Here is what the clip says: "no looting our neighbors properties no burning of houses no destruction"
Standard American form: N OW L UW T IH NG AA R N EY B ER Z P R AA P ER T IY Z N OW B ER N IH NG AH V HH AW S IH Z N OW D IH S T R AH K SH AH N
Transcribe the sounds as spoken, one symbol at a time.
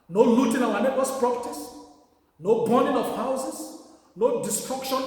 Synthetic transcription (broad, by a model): N OW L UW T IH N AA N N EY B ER S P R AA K T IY S N OW B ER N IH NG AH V HH AW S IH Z N OW D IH S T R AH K SH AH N